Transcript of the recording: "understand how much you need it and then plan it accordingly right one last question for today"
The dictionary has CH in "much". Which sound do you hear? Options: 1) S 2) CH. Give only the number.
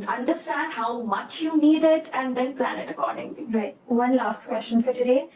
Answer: 2